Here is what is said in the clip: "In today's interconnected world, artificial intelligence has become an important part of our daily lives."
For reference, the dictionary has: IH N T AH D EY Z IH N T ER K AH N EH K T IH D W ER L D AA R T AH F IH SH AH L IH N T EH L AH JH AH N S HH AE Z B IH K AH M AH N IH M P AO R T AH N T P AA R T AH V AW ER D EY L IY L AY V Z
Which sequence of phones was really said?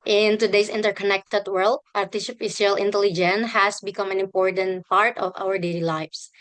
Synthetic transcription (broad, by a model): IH N T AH D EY S IH N T ER K AH N EH K T IH D W ER L D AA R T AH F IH S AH L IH N T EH L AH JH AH N HH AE S B IH K AH M AH N IH M P AO R T AH N T P AA R T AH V AW ER D EY L IY L AY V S